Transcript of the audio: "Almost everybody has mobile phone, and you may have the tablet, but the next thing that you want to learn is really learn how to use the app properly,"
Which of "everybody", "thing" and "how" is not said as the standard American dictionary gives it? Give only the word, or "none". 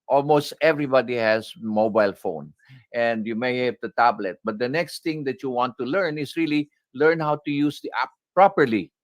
thing